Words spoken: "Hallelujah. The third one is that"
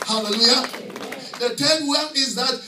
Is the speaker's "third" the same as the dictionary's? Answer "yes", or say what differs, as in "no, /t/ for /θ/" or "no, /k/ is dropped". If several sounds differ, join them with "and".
no, /t/ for /θ/